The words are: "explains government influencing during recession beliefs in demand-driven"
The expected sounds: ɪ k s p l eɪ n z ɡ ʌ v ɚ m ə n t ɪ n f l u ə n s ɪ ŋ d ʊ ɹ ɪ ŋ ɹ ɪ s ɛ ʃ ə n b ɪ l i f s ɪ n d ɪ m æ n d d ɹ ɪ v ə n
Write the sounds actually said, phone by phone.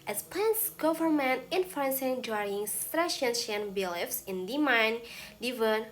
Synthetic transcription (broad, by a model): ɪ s p l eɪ n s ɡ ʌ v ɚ m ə n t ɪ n f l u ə n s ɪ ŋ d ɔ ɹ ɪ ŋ ɹ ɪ ʃ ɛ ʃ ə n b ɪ l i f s ɪ n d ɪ m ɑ n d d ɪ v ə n